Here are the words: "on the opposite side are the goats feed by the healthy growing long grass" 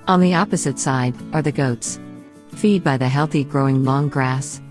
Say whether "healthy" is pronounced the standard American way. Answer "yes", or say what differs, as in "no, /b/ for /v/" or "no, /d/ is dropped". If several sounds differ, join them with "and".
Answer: yes